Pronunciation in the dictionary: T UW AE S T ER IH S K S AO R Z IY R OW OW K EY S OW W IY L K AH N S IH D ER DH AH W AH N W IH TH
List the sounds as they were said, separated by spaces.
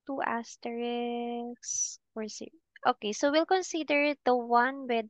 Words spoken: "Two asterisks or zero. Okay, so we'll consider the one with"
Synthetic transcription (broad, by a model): T UW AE S T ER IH K S AO R S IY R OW OW K EY S OW W IY L K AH N S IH D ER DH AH W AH N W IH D